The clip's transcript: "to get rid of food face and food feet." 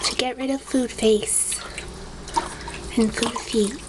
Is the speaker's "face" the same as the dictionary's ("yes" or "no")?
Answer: yes